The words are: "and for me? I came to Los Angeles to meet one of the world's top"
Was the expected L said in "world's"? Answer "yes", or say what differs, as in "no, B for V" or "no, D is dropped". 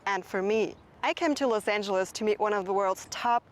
yes